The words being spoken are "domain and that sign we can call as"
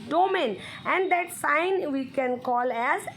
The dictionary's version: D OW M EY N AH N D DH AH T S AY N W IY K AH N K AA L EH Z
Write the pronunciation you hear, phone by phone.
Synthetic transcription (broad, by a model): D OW M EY N AH N D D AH T S AY N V IY K AH N K AA L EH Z